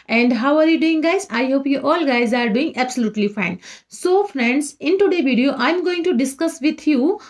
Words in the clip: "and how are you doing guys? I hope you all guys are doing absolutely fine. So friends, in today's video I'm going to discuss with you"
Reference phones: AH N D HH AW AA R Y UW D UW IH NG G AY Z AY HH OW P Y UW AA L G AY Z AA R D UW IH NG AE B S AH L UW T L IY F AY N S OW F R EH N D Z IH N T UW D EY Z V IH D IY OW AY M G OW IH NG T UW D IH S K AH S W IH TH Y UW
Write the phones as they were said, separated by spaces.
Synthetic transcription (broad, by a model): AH N D HH AW AA R Y UW D UW IH NG G AY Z AY HH OW P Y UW AA L G AY Z AA R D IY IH NG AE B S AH L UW T L IY F AY N S OW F R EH N D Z IH N T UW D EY V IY D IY OW AY M G OW IH NG T UW D IH S K AH S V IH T Y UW